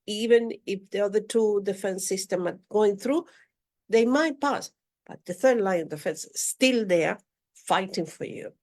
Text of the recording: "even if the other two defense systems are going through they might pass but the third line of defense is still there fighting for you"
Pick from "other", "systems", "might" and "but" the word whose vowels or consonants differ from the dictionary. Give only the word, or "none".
systems